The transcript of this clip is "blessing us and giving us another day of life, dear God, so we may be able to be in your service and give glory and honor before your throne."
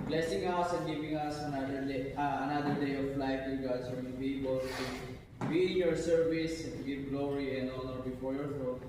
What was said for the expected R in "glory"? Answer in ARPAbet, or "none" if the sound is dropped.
R